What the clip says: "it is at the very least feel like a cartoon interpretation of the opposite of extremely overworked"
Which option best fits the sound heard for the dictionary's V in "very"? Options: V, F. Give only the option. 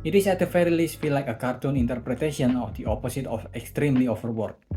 F